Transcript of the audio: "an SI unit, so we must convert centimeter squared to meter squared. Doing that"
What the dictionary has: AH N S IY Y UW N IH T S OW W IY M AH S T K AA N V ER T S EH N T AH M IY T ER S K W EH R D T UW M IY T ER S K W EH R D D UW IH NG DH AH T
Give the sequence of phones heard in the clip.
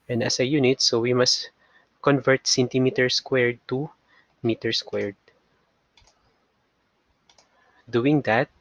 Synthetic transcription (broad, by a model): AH N S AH Y UW N IH T S OW W IY M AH S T K AA N V ER T S EH N T AH M IY T ER S K W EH R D T UW M IY T ER S K W EH R D D UW IH NG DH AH T